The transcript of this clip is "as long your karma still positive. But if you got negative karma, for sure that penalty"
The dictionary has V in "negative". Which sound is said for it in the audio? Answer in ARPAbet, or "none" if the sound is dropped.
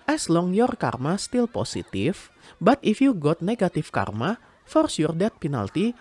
F